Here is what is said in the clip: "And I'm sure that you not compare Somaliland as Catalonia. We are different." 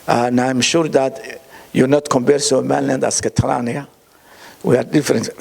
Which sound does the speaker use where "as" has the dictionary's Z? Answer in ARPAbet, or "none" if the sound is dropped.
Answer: S